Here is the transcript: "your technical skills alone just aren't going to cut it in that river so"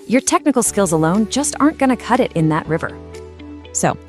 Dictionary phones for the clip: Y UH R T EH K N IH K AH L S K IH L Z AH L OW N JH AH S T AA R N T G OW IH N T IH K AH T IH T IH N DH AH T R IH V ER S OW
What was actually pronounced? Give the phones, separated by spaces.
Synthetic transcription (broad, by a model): Y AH R T EH K N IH K L S K IH L Z AH L OW N JH AH S T AA R N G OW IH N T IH K AH T IH T IH N DH AH T R IH V ER S OW